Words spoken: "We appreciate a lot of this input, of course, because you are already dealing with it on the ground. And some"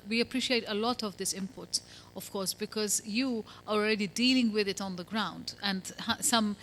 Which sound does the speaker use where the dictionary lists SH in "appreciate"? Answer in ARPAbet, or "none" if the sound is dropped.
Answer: SH